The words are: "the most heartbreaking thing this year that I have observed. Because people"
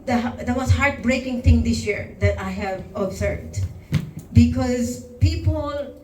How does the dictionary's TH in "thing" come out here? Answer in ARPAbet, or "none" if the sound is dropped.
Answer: T